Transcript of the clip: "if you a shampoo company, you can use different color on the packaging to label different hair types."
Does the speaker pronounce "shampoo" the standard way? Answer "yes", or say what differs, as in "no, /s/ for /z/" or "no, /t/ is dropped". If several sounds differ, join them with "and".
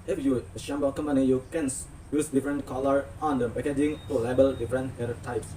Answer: no, /b/ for /p/